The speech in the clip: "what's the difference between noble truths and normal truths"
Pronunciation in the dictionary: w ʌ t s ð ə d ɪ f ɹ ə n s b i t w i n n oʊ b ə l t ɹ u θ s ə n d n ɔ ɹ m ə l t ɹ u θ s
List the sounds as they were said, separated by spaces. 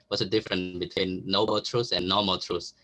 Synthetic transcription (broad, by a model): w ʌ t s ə d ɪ f ɹ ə n b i t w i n n oʊ b ə l t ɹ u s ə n n ɔ m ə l t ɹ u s